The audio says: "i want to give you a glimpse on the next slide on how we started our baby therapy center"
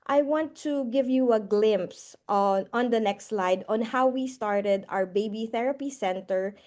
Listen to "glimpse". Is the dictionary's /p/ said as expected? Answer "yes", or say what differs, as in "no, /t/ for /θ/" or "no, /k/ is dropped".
yes